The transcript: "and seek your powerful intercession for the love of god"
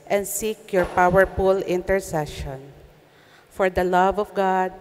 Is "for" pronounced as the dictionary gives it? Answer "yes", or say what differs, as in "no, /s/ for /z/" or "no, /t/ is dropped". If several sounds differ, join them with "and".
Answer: yes